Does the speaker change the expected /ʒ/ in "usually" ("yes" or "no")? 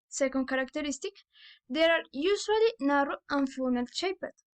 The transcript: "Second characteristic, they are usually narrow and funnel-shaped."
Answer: yes